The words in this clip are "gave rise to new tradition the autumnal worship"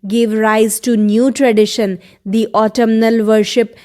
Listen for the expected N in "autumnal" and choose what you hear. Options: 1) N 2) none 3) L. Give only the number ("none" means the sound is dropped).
1